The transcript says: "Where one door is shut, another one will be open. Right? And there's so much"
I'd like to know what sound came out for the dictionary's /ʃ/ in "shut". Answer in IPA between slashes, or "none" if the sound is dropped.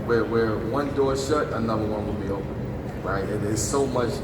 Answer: /ʃ/